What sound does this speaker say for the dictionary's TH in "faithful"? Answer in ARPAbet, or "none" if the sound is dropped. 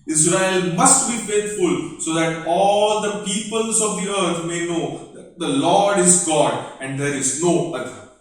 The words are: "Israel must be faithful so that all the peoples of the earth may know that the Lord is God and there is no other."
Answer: T